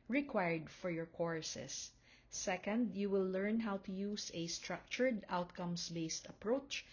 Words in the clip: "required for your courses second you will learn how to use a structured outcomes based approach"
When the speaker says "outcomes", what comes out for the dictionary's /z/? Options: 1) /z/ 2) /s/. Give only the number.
2